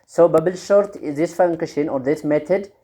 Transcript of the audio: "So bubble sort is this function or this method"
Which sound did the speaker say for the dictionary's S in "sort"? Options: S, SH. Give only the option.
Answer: SH